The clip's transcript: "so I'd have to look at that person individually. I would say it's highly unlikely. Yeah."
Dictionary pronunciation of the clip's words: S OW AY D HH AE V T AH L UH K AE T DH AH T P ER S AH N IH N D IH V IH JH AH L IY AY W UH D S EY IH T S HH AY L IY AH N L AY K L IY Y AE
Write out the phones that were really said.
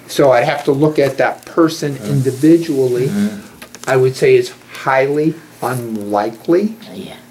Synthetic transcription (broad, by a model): S OW AY D HH AE F T AH L UH K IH T DH AH T P ER S AH N IH N D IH V IH JH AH L IY AY W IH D S EY IH T S HH AY L IY AH N L AY K L IY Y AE